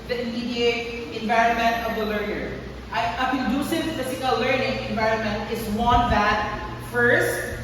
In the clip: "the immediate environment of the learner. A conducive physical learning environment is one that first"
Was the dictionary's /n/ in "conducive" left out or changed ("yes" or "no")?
yes